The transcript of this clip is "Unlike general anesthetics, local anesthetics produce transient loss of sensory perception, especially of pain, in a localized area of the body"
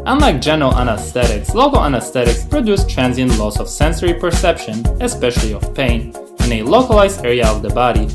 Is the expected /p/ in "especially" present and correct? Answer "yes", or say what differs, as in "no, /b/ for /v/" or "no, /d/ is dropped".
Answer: yes